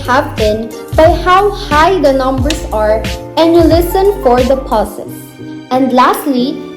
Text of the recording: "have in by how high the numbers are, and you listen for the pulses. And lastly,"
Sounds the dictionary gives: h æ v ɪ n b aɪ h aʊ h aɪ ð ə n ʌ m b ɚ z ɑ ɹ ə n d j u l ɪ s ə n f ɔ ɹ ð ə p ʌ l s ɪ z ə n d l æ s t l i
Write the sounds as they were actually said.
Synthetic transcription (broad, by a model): h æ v ɪ n b aɪ h aʊ h aɪ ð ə n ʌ m b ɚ s ɑ ɹ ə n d j u l ɪ s ə n f ɔ ɹ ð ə p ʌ s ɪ s ə n d l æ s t l i